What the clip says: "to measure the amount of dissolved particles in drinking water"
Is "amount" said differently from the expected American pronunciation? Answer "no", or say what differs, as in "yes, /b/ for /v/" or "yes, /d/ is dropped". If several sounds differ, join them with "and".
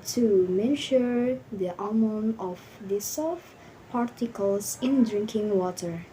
yes, /t/ is dropped